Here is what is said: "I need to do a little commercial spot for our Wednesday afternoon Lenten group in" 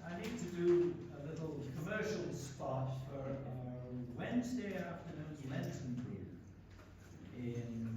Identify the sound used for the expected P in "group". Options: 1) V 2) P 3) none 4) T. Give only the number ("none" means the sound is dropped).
3